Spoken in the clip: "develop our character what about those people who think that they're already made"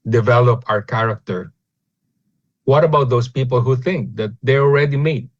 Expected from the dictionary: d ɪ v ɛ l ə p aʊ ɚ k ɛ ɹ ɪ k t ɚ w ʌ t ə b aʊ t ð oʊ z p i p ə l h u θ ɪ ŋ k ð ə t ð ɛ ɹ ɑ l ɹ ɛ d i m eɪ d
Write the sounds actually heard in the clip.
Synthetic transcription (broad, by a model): d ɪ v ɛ l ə p aʊ ɚ k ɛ ɹ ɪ k t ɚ w ʌ t ə b aʊ t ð oʊ s p i p ə l h u θ ɪ ŋ k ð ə t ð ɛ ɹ ɑ l ɹ ɛ d i m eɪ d